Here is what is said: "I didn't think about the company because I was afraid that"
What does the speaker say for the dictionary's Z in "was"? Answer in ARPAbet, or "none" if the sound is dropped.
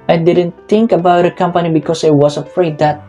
S